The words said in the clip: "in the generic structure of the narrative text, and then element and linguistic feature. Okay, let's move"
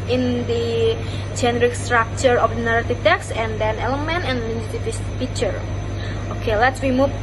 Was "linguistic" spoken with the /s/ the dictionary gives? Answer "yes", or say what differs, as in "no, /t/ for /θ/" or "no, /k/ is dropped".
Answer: no, /s/ is dropped